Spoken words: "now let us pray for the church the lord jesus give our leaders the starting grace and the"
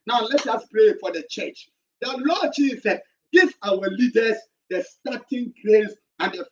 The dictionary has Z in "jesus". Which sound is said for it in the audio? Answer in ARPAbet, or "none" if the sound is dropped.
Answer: S